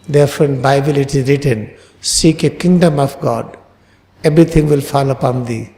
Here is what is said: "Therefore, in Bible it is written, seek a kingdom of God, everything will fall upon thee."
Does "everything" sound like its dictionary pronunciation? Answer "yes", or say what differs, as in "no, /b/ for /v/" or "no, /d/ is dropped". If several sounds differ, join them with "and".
no, /b/ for /v/ and /t/ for /θ/